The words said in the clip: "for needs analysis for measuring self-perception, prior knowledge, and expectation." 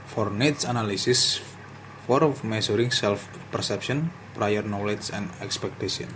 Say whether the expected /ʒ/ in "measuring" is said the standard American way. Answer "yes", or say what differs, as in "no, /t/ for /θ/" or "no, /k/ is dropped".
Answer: no, /s/ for /ʒ/